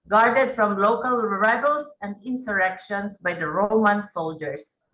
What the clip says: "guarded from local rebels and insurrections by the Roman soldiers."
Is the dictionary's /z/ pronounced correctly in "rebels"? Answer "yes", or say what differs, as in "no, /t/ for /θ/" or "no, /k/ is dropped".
no, /s/ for /z/